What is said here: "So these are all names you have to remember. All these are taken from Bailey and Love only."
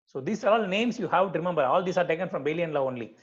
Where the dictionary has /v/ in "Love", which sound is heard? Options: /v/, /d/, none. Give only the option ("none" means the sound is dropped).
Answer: none